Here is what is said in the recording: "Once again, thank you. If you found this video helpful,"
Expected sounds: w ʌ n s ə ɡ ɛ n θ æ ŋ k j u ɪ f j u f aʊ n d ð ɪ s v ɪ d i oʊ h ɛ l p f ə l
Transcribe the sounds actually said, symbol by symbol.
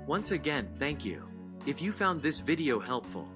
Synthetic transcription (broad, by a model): w ʌ n s ə ɡ ɛ n θ æ ŋ k j u ɪ f j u f aʊ n ð ɪ s v ɪ d i oʊ h ɛ l p f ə l